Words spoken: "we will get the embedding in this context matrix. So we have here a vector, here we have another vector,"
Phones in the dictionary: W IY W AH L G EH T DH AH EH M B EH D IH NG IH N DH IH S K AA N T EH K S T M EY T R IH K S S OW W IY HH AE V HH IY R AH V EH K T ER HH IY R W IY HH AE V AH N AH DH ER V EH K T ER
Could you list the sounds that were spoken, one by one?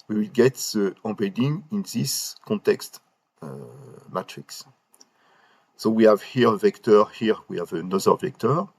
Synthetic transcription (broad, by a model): W IY W AH L G EH T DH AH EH B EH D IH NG IH N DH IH S K AA N T EH K S T M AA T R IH K S S OW W IY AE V HH IY R AH V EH K T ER HH IY R W IY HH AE V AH N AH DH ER V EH K T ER